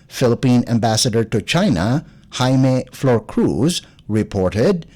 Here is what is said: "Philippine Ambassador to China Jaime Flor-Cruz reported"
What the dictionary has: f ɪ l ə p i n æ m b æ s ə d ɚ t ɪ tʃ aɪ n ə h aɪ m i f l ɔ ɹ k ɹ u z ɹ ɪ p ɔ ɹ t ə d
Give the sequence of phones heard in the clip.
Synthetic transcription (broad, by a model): f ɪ l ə p i n æ m b æ s ə d ɚ t ɪ tʃ aɪ n ə h aɪ m i f l ɔ ɹ k ɹ u z ɹ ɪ p ɔ ɹ t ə d